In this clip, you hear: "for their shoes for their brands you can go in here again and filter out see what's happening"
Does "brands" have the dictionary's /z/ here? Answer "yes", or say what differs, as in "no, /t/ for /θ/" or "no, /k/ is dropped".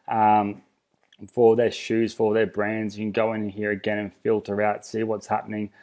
yes